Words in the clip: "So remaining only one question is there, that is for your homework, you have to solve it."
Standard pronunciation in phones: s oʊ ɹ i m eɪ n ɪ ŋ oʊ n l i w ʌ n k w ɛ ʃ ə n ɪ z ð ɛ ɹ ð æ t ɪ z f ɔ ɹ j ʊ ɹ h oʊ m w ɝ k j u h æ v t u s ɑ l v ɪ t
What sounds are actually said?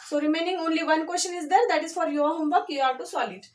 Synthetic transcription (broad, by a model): s oʊ ɹ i m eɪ n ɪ ŋ oʊ n l i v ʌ n k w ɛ s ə n ɪ z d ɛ ɹ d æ t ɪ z f ɔ ɹ j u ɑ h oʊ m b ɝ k j u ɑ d t u s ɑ l ɪ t